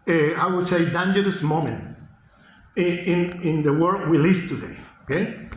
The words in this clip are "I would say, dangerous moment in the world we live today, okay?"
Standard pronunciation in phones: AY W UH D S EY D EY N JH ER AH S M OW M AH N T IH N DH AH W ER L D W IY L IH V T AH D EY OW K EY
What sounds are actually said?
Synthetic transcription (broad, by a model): AY W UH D S EY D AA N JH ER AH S M OW M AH N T IH N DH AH W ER D W IY L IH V T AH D EY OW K EY